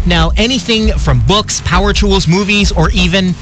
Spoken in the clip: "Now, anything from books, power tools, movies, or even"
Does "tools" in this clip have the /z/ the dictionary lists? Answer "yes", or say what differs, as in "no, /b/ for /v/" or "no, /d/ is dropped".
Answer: yes